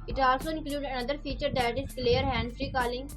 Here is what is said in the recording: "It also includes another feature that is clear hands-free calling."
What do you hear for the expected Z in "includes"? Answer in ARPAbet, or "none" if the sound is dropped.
none